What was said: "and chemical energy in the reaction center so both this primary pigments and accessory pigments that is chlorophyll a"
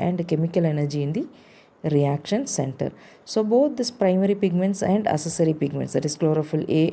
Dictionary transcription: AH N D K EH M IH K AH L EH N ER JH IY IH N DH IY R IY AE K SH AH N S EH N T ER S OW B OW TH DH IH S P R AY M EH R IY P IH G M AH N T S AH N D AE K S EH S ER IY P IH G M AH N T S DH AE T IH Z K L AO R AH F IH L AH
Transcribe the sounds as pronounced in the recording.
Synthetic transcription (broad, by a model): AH N D K EH M IH K AH L EH N ER JH IY IH N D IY R IY AE K SH AH N S EH N T ER S OW B OW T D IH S P R AY M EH R IY P IH G M AH N T S AH N D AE S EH S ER IY P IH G M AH N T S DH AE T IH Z K L AO R AH F IH L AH